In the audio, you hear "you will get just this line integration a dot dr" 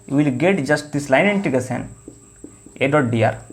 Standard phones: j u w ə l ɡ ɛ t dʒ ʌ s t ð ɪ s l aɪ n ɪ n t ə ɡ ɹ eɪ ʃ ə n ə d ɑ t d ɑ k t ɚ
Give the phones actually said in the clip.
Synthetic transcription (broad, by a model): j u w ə l ɡ ɛ t dʒ ʌ s t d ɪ s l aɪ n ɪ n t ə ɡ eɪ s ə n ə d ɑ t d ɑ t